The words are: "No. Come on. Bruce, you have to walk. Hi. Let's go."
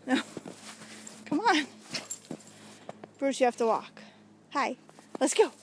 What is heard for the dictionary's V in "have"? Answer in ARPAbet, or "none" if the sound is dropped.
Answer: F